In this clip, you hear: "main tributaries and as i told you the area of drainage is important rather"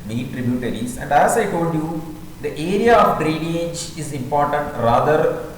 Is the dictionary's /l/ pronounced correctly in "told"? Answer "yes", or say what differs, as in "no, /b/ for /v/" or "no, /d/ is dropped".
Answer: no, /l/ is dropped